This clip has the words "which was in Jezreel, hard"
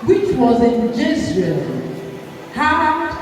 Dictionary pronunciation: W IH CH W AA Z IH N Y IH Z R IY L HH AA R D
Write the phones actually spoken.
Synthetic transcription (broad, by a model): W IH CH W AA Z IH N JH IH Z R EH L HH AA